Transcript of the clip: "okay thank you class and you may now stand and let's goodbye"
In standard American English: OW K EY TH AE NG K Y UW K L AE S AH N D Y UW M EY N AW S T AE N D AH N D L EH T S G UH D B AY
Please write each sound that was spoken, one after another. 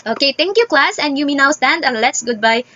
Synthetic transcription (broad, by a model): OW K EY T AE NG K Y UW K L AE S AH N D Y UW M EY N AW S T AE N D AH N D L EH T S G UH D B AY